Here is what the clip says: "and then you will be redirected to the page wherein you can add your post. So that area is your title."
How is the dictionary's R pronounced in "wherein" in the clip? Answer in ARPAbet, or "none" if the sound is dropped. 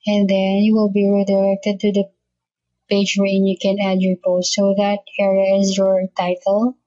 none